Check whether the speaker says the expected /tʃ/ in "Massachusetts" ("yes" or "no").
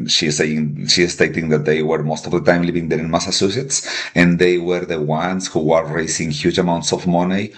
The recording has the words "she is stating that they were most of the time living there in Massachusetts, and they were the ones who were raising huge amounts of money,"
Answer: no